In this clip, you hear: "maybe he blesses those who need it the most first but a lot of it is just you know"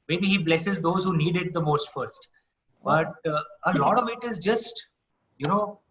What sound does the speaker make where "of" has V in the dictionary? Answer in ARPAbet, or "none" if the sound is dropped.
V